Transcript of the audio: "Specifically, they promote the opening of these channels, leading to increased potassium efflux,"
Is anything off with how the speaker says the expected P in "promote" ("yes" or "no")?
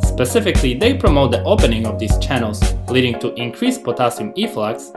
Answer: no